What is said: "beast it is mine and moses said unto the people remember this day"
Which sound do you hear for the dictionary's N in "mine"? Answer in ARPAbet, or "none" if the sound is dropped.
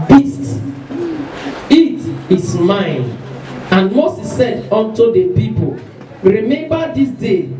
N